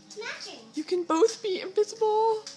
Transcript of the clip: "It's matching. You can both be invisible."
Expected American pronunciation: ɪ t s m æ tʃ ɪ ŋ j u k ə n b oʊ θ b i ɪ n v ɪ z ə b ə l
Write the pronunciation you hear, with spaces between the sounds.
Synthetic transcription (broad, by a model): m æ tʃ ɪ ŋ j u k ə n b oʊ θ b i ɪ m v ɪ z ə b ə l